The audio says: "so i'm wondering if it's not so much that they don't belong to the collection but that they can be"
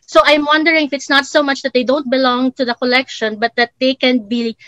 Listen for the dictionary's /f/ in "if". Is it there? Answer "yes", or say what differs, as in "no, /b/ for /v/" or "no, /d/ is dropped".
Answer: yes